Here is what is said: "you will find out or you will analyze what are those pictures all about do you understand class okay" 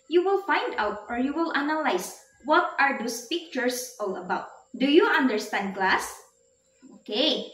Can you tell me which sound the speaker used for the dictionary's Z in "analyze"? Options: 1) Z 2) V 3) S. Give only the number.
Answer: 3